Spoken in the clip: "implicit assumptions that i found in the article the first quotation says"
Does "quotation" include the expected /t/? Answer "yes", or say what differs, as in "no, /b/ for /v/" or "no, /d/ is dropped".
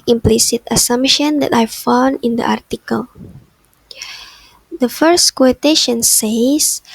yes